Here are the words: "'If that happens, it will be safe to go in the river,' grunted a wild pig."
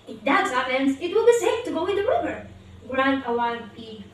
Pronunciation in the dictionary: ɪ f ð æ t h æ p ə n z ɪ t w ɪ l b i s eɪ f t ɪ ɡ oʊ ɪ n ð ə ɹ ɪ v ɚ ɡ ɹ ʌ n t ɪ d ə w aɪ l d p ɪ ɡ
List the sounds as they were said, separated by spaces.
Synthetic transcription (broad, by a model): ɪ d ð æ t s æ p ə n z ɪ t w ɪ l b i s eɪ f t ɪ ɡ oʊ ɪ n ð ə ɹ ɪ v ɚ ɡ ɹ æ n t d ə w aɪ d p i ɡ